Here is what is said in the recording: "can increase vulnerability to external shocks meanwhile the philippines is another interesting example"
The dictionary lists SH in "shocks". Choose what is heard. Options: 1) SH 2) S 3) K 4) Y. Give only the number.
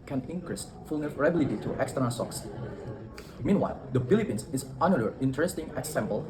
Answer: 2